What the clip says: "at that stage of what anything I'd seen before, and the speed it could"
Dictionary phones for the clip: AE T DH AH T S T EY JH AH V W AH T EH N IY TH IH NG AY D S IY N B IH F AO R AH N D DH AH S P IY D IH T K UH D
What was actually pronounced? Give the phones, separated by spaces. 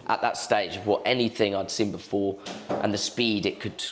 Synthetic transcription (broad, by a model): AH T DH AH T S T EY JH AH V W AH T EH N IY TH IH NG AY D S IY N B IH F AO R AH N DH AH S P IY D IH T K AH D